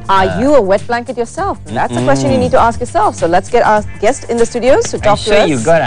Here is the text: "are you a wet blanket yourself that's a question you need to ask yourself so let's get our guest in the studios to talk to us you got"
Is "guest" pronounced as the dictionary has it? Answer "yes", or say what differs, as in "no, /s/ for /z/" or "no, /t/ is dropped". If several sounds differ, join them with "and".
yes